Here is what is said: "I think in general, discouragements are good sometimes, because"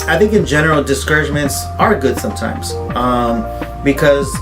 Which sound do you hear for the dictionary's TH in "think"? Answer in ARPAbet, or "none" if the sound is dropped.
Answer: TH